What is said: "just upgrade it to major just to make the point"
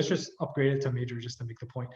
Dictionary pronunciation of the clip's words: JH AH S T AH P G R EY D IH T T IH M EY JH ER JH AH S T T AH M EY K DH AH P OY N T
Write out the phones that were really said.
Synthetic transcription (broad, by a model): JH AH S T AH P G R EY D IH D T IH M EY JH ER JH AH S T T AH M EY K DH AH P OY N T